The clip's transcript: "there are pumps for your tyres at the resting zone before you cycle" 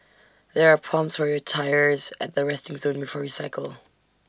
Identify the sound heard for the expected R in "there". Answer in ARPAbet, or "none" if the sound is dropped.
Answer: R